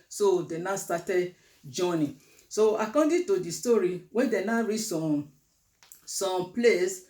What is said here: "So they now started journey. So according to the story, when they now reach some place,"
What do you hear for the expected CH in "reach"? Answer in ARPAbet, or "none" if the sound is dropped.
S